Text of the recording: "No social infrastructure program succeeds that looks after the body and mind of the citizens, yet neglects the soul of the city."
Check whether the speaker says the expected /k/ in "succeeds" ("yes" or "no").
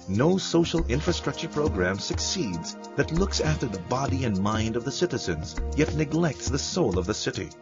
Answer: yes